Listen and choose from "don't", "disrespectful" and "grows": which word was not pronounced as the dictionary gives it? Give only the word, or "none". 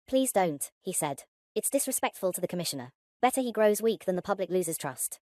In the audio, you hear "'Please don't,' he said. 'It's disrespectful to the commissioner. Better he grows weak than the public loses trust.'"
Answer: none